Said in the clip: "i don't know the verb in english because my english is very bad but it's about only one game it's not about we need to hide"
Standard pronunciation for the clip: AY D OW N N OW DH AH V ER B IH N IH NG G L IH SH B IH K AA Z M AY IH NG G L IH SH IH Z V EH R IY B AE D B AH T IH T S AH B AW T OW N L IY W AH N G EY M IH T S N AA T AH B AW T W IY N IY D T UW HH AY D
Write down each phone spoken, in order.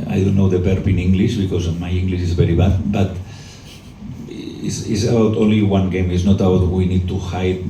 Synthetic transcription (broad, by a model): AY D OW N N OW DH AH B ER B IH N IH NG G L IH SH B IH K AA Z M AY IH NG G L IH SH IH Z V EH R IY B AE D B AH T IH S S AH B AW T OW N L IY W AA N G EY M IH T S N AA T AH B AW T W IY N IY D T UW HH AY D